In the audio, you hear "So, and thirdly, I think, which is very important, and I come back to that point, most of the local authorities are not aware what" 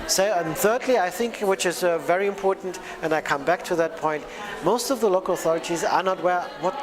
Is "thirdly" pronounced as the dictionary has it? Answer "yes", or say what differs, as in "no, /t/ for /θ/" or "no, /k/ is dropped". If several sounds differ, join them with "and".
yes